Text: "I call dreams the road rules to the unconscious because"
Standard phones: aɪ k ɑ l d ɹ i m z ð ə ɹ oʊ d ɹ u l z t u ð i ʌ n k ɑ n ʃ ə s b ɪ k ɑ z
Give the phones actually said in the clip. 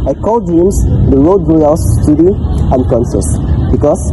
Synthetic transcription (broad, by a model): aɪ k ɑ l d i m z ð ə ɹ oʊ d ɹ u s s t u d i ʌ n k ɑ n s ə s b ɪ k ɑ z